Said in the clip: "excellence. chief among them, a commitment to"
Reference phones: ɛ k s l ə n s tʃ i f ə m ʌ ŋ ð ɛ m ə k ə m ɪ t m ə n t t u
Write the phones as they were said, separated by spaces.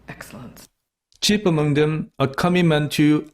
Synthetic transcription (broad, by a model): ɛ k s l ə n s tʃ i p ə m ʌ ŋ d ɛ m ə k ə m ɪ m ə n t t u